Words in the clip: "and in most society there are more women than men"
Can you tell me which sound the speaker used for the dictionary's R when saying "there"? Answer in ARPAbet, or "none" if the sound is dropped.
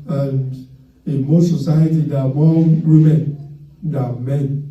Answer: W